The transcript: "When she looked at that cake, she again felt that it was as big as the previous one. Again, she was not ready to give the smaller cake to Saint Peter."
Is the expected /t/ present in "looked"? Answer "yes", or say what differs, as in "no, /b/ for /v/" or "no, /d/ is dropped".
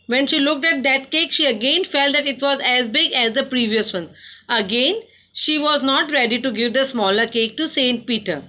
yes